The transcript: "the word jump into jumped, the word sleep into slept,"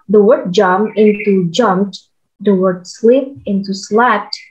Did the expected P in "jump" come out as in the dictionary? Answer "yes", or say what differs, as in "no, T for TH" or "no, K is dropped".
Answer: no, P is dropped